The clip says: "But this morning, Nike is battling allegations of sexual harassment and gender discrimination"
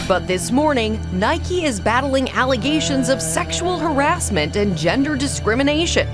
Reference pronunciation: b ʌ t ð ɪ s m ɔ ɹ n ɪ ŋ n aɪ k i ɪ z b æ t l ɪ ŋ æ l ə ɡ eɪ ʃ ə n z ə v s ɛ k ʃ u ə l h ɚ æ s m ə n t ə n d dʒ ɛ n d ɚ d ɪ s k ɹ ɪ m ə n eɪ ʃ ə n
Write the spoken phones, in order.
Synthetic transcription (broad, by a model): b ʌ t ð ɪ s m ɔ ɹ n ɪ ŋ n aɪ k i ɪ z b æ t l ɪ ŋ æ l ə ɡ eɪ ʃ ə n z ə v s ɛ k ʃ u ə l h ɚ æ s m ə n t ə n dʒ ɛ n d ɚ d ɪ s k ɹ ɪ m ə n eɪ ʃ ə n